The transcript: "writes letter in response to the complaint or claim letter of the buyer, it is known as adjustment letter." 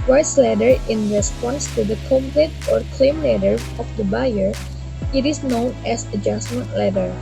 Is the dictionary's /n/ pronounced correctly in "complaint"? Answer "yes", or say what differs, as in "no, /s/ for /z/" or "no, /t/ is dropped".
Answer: no, /n/ is dropped